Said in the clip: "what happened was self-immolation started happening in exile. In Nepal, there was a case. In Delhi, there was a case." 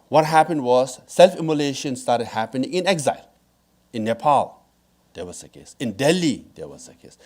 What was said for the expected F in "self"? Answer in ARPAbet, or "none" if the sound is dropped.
F